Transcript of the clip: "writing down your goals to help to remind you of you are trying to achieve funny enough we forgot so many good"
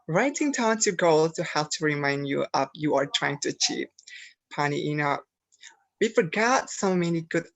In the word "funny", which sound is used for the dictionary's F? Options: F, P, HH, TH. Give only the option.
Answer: P